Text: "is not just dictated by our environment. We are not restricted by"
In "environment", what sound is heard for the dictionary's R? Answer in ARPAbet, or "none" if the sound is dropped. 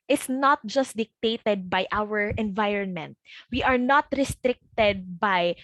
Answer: R